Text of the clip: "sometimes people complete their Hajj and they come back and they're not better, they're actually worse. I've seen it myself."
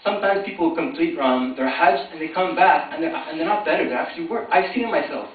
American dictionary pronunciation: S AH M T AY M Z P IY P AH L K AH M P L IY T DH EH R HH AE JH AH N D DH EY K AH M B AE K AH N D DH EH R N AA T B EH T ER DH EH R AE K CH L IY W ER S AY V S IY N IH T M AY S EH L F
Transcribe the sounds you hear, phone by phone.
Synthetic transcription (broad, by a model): S AH M T AY M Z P IY P L K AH M P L IY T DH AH R HH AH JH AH N DH EY K AH M B AE K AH N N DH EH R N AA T B EH T ER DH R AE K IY W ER AY V S IY N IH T M AY S EH L F